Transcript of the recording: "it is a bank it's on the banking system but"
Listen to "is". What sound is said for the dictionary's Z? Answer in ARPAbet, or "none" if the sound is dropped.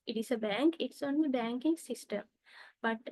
S